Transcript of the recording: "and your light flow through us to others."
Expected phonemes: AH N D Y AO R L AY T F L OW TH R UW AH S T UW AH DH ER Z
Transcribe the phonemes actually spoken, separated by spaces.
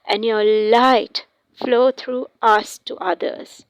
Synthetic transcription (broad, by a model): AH N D Y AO L AY T F L OW T R UW AH S T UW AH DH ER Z